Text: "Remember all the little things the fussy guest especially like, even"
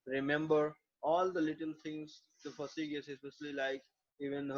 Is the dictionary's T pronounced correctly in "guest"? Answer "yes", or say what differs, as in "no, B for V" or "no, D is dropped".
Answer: no, T is dropped